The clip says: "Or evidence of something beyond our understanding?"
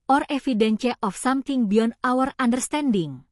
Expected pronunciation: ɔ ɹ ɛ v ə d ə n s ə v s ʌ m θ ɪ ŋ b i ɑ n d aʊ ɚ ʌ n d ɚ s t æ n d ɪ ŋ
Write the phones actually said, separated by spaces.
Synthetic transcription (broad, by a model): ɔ ɹ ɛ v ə d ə n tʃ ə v s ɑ m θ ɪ ŋ b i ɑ n aʊ ɚ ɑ n d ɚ s t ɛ n d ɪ ŋ